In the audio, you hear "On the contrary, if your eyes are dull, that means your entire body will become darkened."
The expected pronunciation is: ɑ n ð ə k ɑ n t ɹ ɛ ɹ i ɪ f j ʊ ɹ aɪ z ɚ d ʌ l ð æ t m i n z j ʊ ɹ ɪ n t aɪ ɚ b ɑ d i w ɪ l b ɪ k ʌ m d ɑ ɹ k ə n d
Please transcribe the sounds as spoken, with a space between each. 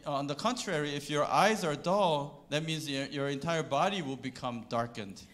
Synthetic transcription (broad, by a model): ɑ n ð ə k ɑ n t ɹ ɛ ɹ i ɪ f j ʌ ɹ aɪ z ɚ d ʌ l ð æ t m i n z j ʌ ɹ ɪ n t aɪ ɚ b ɑ d i w ɪ l b ɪ k ʌ m d ɑ ɹ k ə n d